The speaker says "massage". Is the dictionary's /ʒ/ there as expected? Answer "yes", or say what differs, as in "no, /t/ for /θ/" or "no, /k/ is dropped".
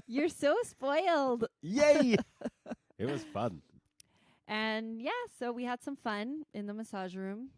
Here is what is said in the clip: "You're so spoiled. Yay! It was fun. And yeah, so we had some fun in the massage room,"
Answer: yes